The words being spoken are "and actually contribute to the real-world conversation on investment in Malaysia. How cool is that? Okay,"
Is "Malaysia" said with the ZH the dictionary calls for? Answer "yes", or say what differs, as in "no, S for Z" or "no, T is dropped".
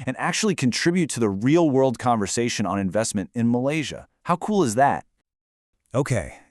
yes